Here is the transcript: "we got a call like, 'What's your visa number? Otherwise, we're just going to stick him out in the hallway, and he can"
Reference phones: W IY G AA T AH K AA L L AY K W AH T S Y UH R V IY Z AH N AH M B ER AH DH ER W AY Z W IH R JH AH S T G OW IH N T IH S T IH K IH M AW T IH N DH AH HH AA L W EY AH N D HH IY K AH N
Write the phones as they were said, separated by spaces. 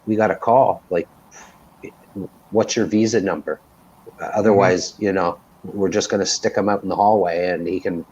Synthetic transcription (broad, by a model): W IY G AA T AH K AA L L AY K W AH T S Y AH R V IY Z AH N AH M B ER AH DH ER W AY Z W IH R JH AH S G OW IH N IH S T IH K IH M AW T N DH AH HH AA L W EY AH N HH IY K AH N